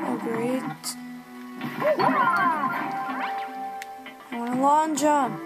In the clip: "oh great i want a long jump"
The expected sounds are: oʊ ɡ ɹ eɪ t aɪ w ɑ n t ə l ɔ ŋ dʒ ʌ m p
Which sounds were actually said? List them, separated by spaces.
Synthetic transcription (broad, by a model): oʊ ɡ ɹ eɪ t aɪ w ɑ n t ə l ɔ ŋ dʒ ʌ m